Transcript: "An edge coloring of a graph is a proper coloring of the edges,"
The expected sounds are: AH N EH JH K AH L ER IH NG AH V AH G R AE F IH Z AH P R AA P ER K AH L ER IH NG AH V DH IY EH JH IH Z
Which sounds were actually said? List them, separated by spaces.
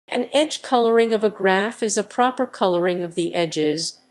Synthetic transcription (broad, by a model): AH N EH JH K AH L ER IH NG AH V AH G R AE F IH Z AH P R AA P ER K AH L ER IH NG AH V DH IY EH JH IH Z